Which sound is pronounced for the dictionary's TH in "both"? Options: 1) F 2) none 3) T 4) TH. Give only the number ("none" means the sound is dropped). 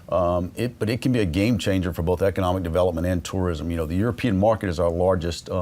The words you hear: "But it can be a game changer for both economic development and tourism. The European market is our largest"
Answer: 4